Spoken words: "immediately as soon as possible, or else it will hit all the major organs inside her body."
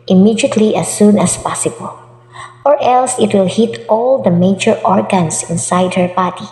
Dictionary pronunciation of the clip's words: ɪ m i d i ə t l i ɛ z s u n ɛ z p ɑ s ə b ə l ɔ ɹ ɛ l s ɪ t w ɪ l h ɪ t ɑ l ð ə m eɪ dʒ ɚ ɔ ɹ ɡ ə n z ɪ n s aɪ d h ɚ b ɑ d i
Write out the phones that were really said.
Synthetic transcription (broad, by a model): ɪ m i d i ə t l i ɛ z s u n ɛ s p ɑ s ə b ə l ɔ ɹ ɛ l s ɪ t w ɪ l h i t ɑ l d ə m eɪ dʒ ɚ ɔ ɹ ɡ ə n s ɪ n s aɪ d h ɚ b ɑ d i